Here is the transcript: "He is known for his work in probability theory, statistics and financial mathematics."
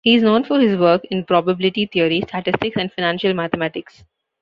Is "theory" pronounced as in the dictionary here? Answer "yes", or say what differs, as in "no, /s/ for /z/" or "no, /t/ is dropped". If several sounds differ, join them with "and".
no, /t/ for /θ/